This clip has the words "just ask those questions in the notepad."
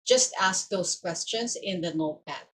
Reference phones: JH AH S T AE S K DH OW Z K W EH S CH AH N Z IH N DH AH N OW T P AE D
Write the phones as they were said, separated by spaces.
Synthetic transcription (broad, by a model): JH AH S T AE S K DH OW S K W EH S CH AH N S IH N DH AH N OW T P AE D